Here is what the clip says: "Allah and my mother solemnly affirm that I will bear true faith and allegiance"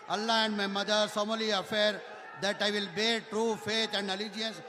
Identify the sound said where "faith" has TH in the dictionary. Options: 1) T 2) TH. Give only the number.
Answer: 1